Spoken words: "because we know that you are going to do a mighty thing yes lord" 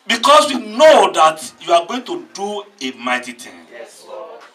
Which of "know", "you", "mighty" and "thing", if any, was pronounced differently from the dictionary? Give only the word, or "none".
thing